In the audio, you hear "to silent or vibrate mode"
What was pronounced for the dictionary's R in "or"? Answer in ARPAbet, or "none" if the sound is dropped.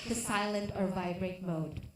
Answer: R